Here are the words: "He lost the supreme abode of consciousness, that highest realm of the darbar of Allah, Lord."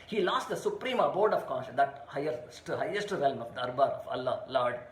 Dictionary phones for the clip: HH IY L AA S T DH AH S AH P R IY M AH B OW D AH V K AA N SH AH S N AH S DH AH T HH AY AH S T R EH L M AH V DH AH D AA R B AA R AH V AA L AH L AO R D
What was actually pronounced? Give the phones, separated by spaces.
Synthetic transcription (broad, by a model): HH IY L AA S T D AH S AH P R IY M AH B OW D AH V K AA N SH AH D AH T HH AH T HH AY AH S T R EH L M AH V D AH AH R B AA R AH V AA L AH L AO R D